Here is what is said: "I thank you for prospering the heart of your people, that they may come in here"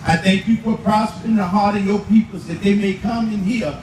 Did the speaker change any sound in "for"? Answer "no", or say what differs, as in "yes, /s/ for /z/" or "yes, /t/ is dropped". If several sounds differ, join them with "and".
yes, /p/ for /f/